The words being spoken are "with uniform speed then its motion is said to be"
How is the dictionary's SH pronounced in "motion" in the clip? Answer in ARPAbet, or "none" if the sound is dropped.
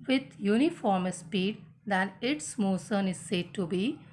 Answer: S